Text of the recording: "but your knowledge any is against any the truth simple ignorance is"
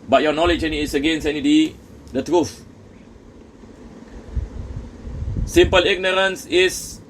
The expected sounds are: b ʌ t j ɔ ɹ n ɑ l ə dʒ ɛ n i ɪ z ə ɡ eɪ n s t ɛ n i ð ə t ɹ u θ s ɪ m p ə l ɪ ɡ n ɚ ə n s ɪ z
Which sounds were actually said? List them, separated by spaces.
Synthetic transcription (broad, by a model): b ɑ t j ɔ n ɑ l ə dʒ ɛ n i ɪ s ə ɡ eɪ n s ɛ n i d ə t ɹ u f s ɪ m p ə l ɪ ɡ n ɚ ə n s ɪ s